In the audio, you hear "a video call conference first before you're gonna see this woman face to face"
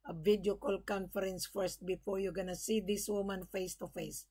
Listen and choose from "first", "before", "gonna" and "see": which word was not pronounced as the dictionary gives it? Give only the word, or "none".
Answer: none